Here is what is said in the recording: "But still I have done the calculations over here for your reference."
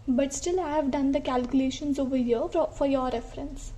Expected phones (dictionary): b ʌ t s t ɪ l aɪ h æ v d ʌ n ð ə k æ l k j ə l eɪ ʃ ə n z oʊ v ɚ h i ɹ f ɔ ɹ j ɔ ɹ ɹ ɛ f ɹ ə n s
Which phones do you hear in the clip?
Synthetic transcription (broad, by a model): b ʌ t s t ɪ l aɪ h æ v d ʌ n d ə k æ l k j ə l eɪ ʃ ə n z oʊ v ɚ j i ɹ f ɔ ɹ j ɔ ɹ ɹ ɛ f ɹ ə n s